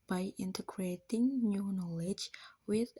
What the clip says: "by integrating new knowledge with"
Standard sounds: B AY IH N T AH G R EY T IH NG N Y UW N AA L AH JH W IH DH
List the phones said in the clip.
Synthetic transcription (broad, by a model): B AY IH N T AH G R EY T IH NG N Y UW N AA L AH JH W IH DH